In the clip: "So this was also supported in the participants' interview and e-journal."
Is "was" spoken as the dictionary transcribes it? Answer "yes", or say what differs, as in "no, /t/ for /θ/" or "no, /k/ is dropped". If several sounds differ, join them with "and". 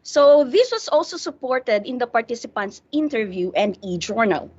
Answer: no, /s/ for /z/